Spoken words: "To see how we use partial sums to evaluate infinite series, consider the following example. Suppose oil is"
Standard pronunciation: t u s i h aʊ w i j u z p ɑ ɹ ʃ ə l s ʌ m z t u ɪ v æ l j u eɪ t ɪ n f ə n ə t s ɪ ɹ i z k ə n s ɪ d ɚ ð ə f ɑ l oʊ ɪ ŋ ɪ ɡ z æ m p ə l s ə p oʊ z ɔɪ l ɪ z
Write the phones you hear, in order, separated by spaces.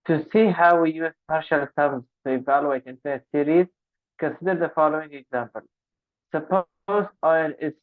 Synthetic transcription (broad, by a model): t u s i h aʊ w i j u z p ɑ ɹ ʃ ə l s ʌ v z t u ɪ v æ l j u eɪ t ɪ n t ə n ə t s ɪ ɹ i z k ə n s ɪ d ɚ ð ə f ɑ l oʊ ɪ ŋ ɪ ɡ z æ m p ə l s ə p oʊ z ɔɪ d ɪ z